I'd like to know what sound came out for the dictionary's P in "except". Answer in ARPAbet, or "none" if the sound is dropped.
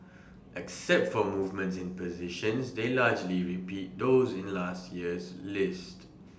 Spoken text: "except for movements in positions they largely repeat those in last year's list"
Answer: P